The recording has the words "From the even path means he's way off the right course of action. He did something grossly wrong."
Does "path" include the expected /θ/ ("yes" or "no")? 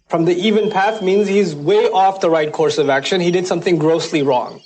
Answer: yes